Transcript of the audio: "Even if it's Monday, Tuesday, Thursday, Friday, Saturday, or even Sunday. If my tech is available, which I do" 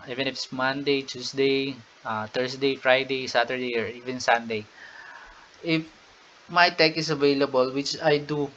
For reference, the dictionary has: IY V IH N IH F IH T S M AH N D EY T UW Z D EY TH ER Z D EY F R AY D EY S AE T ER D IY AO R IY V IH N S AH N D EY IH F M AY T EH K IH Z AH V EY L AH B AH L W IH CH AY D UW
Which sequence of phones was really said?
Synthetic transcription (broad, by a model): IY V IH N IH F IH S M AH N D EY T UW S D EY T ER S D EY F R AY D EY S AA T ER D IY AO R IY V IH N S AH N D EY IH F M AY T EH K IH S AH V EY L AH B AH L W IH CH AY D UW